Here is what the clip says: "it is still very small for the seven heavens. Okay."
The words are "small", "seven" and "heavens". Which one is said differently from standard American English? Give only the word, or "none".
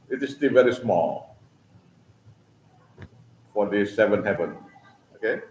heavens